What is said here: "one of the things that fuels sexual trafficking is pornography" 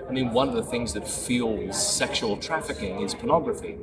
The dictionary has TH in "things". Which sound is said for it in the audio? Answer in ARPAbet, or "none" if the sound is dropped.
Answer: TH